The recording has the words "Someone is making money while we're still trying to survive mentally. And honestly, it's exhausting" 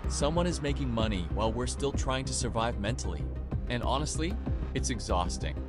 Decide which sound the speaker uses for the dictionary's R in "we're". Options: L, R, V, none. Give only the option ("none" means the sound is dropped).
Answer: R